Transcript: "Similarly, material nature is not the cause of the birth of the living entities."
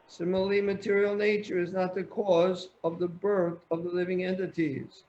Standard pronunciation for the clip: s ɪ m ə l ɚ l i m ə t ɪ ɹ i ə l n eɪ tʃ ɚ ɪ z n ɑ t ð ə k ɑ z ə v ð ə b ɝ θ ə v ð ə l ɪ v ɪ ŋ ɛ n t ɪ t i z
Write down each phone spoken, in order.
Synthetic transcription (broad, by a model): s ɪ m l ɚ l i m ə t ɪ ɹ i l n eɪ tʃ ɚ ɪ z n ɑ t ð ə k ɑ z ə v ð ə b ɝ θ ə v ð ə l ɪ v ɪ ŋ ɛ n t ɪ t i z